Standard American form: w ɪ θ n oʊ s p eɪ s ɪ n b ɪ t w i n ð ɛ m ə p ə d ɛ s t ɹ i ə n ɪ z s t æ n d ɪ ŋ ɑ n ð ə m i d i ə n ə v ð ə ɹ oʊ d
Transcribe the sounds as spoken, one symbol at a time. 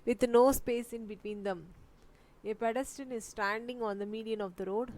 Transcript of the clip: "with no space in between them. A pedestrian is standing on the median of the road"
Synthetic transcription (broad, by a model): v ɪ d n oʊ s p eɪ s ɪ n b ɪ t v i n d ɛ m ə p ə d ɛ s t i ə n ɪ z s t æ n d ɪ ŋ ɑ n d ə m i d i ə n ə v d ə ɹ oʊ d